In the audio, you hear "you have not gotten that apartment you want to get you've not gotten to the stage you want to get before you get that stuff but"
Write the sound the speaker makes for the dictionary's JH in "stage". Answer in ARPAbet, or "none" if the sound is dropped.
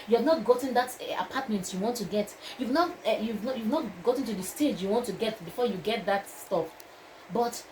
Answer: JH